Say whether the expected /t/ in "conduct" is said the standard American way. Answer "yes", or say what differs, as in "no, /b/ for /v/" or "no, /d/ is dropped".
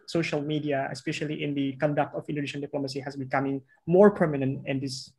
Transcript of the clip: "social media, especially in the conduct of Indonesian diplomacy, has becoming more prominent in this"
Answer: yes